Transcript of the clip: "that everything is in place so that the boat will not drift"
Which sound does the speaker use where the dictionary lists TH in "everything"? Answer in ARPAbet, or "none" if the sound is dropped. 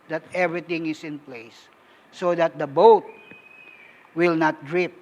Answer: T